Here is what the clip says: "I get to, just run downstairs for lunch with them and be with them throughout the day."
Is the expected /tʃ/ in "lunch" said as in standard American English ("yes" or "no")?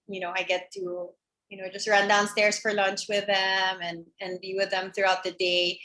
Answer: yes